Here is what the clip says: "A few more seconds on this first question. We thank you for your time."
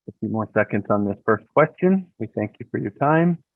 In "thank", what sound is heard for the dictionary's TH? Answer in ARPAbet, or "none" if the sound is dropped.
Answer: TH